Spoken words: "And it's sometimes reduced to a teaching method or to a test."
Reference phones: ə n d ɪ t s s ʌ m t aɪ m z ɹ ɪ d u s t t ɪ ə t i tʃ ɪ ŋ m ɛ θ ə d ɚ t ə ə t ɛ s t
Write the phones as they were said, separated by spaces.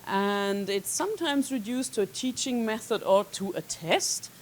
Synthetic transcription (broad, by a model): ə n d ɪ t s s ʌ m t aɪ m z ɹ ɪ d u s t t ɪ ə t i tʃ ɪ ŋ m ɛ θ ə d ɚ t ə ə t ɛ s t